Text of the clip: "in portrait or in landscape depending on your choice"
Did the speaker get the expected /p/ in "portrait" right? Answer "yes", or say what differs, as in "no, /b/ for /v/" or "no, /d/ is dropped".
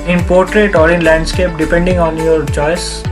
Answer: yes